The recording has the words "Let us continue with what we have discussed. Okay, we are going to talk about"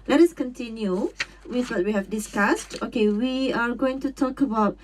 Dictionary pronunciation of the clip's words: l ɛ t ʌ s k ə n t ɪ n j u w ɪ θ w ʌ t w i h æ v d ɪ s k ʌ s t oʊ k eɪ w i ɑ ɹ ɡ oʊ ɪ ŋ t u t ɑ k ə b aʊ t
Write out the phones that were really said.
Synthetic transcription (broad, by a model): l ɛ t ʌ s k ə n t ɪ n j u w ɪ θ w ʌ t w i h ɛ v d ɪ s k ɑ s t oʊ k eɪ w i ɑ ɹ ɡ oʊ ɪ ŋ t u t ɑ k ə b aʊ t